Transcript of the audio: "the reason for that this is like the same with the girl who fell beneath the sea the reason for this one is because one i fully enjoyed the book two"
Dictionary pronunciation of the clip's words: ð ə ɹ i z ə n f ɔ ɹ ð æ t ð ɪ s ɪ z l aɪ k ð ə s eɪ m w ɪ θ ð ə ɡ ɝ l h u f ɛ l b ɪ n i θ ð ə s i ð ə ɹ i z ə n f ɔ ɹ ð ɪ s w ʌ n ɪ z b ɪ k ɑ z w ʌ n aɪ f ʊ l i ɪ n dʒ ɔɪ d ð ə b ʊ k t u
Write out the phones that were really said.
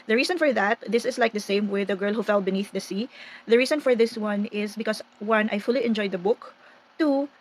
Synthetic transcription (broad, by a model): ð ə ɹ i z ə n f ɔ ɹ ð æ t ð ɪ s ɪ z l aɪ k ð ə s eɪ m w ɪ ð ə ɡ ɝ l h u f ɛ l b ɪ n i θ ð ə s i ð ə ɹ i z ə n f ɔ ɹ ð ɪ s w ʌ n ɪ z b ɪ k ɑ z w ʌ n aɪ f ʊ l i ɪ n dʒ ɔɪ d ð ə b ʊ k t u